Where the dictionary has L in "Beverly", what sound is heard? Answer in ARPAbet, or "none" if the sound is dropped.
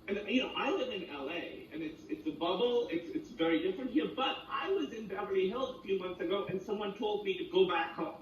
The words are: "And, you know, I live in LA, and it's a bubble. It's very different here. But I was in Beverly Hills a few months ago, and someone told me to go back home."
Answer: none